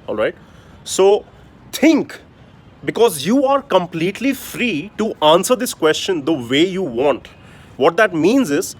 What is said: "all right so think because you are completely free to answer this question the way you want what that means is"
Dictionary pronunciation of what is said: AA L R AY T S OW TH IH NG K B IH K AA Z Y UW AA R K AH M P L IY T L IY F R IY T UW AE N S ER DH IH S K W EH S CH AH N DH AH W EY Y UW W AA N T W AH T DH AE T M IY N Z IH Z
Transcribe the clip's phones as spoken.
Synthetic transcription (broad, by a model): AA L R AY T S OW T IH NG K B IH K AA Z Y UW AA R K AH M P L IY T L IY F R IY T UW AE N S ER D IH S K W EH S CH AH N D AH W EY Y UW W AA N T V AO T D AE T M IY N Z IH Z